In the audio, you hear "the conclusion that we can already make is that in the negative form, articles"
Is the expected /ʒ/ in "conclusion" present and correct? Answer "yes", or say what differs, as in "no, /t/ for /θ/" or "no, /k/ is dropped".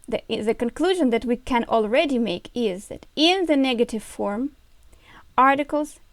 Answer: yes